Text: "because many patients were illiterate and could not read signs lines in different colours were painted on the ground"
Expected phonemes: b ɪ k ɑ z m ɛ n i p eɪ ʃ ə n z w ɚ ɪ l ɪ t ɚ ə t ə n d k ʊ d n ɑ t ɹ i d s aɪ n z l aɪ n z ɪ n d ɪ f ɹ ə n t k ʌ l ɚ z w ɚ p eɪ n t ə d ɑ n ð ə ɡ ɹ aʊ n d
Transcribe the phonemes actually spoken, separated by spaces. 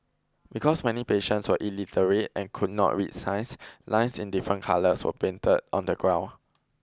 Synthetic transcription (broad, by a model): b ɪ k ɑ s m ɛ n i p eɪ ʃ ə n s w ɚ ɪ l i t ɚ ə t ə n k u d n ɑ t ɹ i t s aɪ n s l aɪ n s ɪ n d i f ɹ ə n k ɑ l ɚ s w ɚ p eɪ n t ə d ɑ n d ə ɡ ɹ aʊ n